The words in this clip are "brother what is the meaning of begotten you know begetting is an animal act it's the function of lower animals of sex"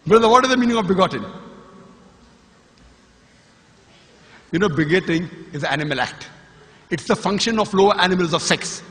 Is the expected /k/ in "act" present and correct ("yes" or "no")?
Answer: yes